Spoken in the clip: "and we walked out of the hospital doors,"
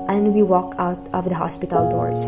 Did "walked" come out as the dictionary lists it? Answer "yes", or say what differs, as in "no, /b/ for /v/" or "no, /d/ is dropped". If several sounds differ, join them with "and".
no, /t/ is dropped